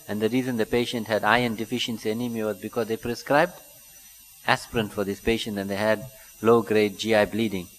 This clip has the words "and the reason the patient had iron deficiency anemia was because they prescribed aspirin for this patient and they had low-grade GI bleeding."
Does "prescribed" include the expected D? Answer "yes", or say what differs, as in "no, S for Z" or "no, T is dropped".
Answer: yes